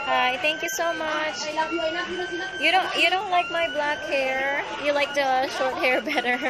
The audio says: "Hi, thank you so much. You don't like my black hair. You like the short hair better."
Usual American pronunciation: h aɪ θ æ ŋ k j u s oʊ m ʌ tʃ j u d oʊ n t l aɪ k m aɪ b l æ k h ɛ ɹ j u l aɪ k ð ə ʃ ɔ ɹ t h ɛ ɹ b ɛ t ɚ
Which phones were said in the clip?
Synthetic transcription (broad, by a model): h aɪ θ æ ŋ k j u s oʊ m ʌ tʃ j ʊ d oʊ n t l aɪ k m aɪ b l æ k h ɛ ɹ j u l aɪ k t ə ʃ ɔ ɹ t h ɛ ɹ b ɛ t ɚ